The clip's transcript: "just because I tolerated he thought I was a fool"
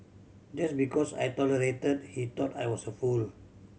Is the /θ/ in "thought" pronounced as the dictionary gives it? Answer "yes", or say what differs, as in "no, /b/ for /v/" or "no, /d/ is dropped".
no, /t/ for /θ/